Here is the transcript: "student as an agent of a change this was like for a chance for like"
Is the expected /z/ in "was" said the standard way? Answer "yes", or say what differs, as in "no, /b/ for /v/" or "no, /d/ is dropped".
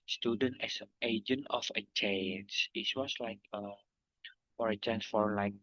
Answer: no, /s/ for /z/